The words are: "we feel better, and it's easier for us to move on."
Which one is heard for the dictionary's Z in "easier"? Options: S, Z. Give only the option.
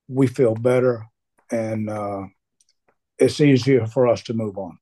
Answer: Z